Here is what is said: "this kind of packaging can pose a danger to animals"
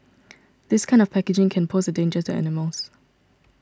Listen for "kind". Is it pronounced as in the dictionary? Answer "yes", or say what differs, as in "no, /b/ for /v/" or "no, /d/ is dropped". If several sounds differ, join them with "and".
yes